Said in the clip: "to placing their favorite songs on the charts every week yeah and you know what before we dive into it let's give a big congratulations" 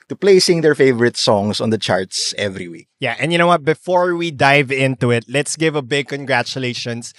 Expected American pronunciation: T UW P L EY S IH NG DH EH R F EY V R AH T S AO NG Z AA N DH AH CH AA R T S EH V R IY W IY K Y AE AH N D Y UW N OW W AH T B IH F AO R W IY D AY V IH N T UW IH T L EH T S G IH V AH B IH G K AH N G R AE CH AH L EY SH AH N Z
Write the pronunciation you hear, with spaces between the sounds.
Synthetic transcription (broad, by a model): T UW P L EY S IH NG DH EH R F EY V R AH T S AO NG S AA N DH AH CH AA R T S EH V R IY W IY K Y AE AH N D Y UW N OW W AH T B IH F AO R W IY D AY V IH N T UW IH T L EH T S G IH V AH B IH G K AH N G R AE CH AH L EY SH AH N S